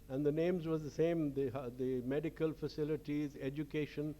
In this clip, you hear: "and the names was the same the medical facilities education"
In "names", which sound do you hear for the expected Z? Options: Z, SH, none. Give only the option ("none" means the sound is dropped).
Z